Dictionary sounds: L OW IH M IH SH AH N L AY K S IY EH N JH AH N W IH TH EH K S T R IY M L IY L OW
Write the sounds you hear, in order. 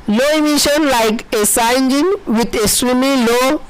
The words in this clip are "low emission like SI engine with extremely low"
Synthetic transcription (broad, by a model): L OW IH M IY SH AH N L AY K S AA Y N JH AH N W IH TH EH S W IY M IY L OW